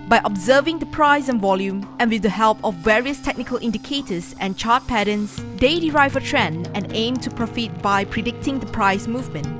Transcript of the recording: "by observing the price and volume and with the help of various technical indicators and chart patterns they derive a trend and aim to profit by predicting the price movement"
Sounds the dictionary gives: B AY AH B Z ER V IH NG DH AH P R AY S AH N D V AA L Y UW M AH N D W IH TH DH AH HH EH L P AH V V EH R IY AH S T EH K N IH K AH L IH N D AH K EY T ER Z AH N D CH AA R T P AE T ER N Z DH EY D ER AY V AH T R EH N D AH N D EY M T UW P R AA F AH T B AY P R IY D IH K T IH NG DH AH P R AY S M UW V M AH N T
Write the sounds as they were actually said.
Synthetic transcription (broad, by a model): B AY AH B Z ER V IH NG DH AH P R AY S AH N V AA L Y UW M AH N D W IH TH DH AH HH EH L P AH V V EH R IY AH S T EH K N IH K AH L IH N D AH K EY T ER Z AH N CH AA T P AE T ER N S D EY D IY AY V AH T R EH N AH N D EY M T UW P R AA F AH T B AY P R IY D IH K T IH NG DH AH P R AY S M UW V M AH N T